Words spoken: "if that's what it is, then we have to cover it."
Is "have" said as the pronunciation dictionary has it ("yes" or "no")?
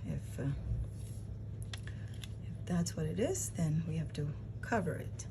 no